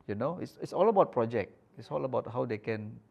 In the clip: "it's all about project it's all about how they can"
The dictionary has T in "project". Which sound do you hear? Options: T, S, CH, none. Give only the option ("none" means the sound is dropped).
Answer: none